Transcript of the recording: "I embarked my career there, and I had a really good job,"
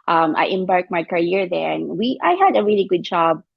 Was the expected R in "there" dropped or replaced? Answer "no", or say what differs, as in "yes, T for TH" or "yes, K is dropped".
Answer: yes, W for R